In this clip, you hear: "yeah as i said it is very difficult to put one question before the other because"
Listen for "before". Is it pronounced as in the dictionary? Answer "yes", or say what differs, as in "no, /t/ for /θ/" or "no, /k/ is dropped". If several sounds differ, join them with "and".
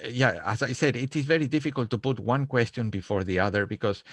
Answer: yes